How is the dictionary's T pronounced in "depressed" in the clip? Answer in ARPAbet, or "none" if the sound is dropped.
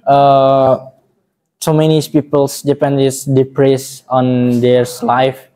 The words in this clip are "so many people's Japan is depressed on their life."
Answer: none